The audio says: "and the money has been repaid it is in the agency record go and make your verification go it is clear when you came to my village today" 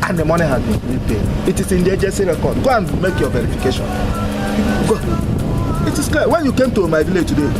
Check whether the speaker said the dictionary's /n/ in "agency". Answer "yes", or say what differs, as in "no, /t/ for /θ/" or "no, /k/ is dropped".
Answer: no, /n/ is dropped